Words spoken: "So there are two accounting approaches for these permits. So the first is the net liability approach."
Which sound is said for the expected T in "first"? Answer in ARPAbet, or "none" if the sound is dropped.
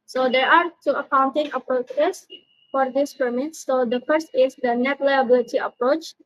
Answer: T